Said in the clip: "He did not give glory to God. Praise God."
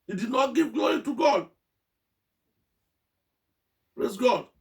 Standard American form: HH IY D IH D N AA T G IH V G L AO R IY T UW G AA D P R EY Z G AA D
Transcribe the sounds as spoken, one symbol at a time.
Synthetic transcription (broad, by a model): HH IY D IH D N AA T G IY V G L AO R IY T UW G AA D P R EY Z G AA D